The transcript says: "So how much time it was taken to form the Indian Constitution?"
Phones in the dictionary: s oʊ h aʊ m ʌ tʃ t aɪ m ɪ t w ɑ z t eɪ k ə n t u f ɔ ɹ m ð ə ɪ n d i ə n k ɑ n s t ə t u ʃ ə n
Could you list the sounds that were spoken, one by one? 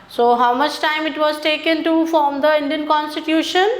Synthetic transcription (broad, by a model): s oʊ h aʊ m ʌ tʃ t aɪ m ɪ t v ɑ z t eɪ k ə n t u f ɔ m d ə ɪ n d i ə n k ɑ n s t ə t u ʃ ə n